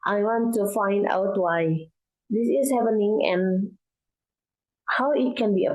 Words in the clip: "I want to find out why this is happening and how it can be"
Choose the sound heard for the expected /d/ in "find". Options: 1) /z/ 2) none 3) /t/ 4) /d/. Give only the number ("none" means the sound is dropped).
4